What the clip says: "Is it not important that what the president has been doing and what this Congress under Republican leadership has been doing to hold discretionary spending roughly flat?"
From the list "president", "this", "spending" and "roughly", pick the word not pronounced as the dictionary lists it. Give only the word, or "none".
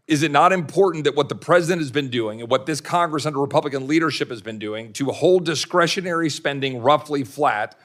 none